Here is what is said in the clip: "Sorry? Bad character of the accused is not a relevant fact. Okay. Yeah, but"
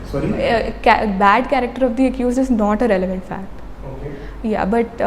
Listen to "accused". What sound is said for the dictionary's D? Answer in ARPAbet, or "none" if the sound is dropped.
none